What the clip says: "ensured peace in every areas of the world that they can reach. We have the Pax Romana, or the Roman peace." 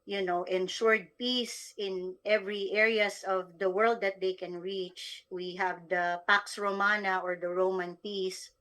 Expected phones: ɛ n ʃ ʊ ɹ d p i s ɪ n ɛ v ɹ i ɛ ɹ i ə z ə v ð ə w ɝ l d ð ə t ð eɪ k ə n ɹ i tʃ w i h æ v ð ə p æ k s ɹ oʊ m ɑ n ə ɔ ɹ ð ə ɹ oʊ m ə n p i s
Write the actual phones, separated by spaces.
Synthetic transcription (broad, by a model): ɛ n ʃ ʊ ɹ d p i s ɪ n ɛ v ɹ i ɛ ɹ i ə s ə v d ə w ɝ l d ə t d eɪ k ə n ɹ i tʃ w i h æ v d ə p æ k s ɹ oʊ m ɑ n ə ɔ ɹ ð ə ɹ oʊ m ə n p i s